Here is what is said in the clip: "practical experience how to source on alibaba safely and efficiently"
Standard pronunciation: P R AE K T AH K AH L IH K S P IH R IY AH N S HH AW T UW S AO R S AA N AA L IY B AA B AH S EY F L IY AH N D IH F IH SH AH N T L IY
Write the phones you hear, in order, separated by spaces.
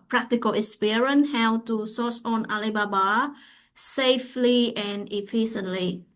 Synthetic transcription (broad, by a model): P R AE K T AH K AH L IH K S P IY R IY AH N HH AW T UW S AO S AA N AA L IY B AA B AH S EY F L IY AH N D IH F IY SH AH N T L IY